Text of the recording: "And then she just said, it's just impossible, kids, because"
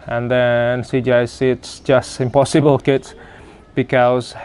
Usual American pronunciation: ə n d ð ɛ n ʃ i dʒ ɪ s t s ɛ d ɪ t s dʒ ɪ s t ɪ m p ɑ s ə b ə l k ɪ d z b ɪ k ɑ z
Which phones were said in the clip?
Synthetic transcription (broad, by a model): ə n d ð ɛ n s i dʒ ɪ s s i ɪ t s dʒ ɪ s t ɪ m p ɑ s ə b ə l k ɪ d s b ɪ k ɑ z